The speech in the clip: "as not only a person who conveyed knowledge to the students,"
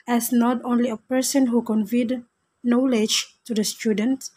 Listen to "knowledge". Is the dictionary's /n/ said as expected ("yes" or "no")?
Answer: yes